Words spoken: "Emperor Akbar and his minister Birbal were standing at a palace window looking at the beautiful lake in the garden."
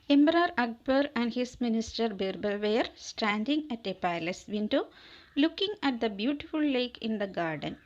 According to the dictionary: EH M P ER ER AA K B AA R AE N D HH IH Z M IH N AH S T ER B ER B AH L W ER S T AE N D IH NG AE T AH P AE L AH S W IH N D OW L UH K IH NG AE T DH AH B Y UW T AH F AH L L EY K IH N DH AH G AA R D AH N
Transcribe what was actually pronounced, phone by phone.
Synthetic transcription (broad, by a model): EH M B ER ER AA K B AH R AE N D HH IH S M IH N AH S T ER B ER B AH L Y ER S T AE N D IH NG AE T AH P AE L AH S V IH N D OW L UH K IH NG AE T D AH B Y UW T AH F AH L L EY K IH N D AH G AA R D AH N